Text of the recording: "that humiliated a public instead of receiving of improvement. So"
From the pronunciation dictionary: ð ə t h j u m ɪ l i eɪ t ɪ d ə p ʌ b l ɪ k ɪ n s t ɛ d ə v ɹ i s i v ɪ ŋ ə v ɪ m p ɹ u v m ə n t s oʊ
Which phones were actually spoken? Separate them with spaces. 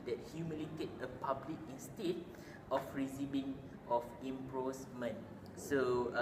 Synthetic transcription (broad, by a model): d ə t h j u m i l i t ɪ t ə p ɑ b l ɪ k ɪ n s t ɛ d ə f ɹ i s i b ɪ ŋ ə f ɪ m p ɹ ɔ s m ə n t s oʊ